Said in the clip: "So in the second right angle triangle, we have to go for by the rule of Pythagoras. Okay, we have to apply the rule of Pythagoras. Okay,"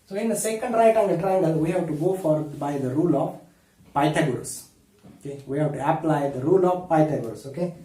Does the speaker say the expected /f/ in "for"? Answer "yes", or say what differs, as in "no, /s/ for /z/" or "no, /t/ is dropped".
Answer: yes